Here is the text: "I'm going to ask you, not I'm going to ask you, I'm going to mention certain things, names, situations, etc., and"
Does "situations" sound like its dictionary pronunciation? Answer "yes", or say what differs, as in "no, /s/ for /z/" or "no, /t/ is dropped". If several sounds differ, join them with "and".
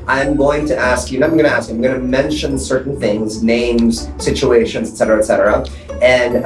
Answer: yes